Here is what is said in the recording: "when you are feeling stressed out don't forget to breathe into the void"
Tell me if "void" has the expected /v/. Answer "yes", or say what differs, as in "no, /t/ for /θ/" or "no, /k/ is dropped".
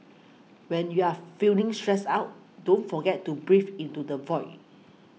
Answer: yes